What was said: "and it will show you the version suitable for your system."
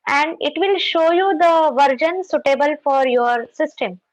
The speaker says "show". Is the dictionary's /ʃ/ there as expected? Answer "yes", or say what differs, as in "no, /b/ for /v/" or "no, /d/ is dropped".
yes